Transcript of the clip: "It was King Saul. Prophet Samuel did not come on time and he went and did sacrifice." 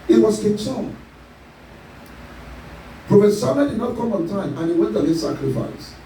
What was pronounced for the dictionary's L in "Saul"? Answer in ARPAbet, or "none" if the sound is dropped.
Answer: N